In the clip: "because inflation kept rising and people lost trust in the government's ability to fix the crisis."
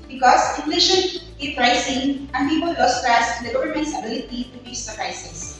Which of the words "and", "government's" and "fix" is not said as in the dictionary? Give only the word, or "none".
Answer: fix